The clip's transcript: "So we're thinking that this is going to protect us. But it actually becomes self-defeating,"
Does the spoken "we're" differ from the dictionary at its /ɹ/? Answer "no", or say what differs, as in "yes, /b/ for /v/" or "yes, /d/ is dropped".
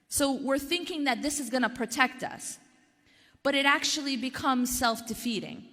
no